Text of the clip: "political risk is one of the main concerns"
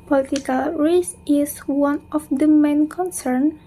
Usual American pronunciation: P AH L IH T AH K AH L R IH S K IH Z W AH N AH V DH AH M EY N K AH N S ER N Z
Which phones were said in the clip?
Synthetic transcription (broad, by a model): P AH L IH T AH K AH L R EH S IH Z W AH N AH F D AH M EY N K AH N S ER N